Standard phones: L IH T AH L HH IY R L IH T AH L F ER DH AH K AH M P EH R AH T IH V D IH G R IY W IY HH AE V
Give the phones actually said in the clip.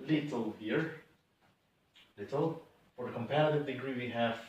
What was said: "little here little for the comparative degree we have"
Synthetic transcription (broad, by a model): L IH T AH L HH IY R L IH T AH L F ER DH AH K AH M P EH R AH T IH V D IH G R IY W IY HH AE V